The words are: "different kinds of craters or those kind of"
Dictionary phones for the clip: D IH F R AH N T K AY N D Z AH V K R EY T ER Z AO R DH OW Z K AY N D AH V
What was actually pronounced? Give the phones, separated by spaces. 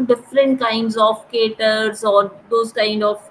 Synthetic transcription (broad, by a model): D IH F R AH N T K AY N D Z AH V K EY T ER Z AO R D OW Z K AY N D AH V